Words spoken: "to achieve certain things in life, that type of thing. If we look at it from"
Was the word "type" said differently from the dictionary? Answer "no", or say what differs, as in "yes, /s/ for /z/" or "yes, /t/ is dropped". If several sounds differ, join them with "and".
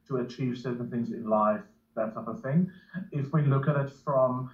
yes, /s/ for /t/